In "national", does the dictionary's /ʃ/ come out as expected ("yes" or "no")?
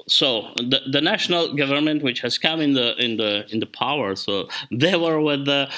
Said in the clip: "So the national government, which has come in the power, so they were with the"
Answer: yes